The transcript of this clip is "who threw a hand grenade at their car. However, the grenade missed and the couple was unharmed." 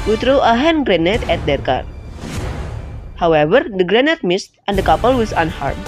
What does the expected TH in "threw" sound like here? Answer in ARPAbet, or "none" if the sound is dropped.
T